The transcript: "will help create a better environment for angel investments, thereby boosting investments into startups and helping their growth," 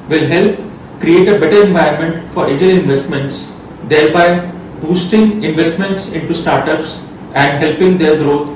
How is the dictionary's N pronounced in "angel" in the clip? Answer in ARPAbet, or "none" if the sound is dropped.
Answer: none